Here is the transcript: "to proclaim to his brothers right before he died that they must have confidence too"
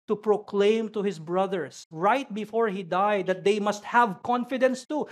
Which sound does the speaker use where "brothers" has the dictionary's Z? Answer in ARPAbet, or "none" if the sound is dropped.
S